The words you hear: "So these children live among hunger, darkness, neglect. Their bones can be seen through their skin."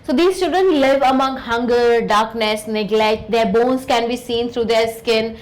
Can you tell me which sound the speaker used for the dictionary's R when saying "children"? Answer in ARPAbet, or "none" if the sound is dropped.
none